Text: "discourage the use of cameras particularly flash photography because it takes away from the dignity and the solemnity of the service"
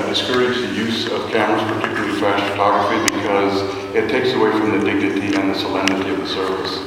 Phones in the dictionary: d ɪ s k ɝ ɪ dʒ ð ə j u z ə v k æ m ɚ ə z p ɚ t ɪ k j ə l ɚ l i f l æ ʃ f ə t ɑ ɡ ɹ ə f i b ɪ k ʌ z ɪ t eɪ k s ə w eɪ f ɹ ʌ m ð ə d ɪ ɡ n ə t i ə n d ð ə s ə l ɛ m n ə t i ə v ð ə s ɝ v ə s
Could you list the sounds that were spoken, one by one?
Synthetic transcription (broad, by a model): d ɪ s k ɝ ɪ dʒ ð ə j u z ə v k æ m ɚ ə z p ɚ t ɪ k j l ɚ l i f æ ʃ f ə t ɑ ɡ ɹ ə f i b ɪ k ʌ z ɪ t eɪ k s ə w eɪ f ɹ ʌ m ð ə d ɪ ɡ n ə t i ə n ð ə s ə l ɛ m n ə t i ə v ð ə s ɝ v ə s